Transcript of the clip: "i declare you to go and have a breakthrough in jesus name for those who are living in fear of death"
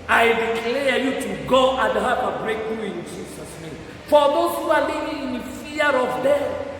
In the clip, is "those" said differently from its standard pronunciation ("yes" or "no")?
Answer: yes